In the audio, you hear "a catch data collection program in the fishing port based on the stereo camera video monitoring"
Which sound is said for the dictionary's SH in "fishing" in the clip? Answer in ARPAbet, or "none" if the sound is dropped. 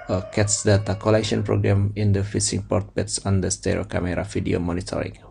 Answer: S